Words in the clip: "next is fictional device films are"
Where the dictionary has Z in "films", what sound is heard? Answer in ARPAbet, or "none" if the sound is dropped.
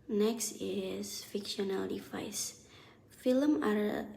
none